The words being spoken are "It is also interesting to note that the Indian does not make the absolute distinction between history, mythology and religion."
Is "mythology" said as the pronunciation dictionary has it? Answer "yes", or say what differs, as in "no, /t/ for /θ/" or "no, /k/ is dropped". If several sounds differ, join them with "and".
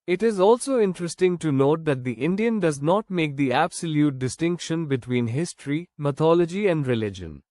no, /t/ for /θ/